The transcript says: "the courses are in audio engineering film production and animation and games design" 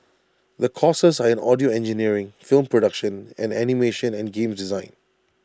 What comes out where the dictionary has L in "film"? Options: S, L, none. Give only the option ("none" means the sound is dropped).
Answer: L